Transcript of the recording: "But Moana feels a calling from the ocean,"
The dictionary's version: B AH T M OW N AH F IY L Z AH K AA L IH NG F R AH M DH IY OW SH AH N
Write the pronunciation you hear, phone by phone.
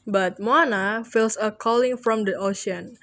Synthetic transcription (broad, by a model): B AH T M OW N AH F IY L S AH K AA L IH NG F R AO M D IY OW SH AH N